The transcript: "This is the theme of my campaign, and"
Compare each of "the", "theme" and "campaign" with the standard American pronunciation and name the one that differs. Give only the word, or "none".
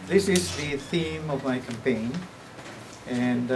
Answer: none